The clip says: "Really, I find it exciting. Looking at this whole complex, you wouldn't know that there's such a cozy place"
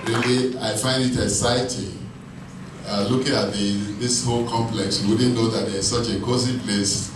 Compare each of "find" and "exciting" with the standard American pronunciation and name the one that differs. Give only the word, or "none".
exciting